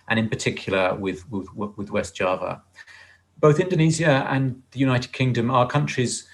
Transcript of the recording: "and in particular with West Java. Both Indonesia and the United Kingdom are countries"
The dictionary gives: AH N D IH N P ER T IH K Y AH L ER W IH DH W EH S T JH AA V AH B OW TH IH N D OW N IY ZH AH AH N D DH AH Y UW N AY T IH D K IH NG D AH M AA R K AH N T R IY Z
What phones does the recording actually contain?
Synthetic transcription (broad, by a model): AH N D IH N P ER T IH K Y AH W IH W IH DH W EH S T JH AA V AH B OW TH IH N D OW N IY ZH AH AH N DH AH Y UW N AY T IH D K IH NG D AH M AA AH K AH N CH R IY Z